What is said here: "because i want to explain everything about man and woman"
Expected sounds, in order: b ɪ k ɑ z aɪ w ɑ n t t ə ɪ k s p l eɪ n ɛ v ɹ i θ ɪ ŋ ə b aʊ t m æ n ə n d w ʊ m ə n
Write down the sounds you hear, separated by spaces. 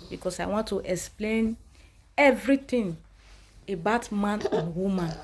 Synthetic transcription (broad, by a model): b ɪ k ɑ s aɪ w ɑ n t t ə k s p l eɪ n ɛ v ɹ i t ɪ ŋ ə b aʊ t m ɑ n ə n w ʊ m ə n